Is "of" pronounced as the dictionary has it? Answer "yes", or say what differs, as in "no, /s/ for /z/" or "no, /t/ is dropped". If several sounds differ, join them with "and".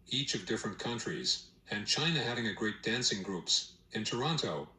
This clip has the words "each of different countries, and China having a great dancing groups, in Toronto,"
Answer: yes